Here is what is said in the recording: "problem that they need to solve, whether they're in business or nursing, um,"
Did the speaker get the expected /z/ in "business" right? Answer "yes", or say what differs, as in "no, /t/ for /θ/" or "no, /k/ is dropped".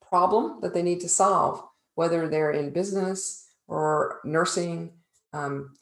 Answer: yes